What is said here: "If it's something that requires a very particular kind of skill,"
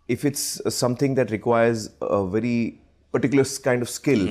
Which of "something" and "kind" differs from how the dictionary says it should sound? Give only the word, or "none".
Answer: something